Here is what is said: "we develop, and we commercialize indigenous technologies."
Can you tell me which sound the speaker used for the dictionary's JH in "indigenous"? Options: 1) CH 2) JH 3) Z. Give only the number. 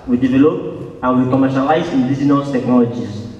3